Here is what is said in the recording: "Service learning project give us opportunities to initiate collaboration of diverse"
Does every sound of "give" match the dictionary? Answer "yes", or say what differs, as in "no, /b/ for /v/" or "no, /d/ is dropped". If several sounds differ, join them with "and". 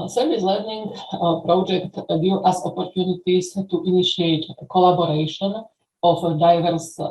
no, /v/ is dropped